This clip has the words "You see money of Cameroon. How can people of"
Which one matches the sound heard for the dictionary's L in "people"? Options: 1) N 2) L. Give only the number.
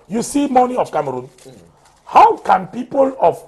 2